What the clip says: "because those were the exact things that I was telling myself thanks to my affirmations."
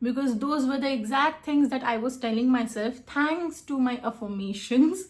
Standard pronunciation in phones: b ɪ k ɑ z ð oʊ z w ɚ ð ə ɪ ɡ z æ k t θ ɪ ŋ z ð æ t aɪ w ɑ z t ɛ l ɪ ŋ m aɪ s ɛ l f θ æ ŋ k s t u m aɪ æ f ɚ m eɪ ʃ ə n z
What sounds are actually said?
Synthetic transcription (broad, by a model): b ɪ k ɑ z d oʊ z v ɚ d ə ɪ ɡ z æ k t t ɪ ŋ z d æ t aɪ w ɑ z t ɛ l ɪ ŋ m aɪ s ɛ l f t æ ŋ k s t u m aɪ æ f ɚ m eɪ ʃ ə n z